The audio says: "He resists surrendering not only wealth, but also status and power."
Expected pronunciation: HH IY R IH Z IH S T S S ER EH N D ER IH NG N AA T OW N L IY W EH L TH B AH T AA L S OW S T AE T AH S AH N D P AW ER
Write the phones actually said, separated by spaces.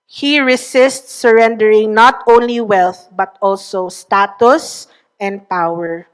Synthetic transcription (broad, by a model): HH IY R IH S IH S T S S ER EH N D ER IH NG N AA T OW N L IY W EH L TH B AH T AA L S OW S T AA T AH S AH N D P AW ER